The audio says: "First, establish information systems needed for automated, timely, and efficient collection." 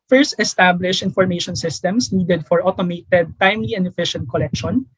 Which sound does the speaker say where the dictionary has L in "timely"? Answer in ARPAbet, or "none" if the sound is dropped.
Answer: L